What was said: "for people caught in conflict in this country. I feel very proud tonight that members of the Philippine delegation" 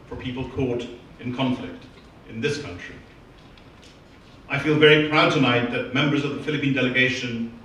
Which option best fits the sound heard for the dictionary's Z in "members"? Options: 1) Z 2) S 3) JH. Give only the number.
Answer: 1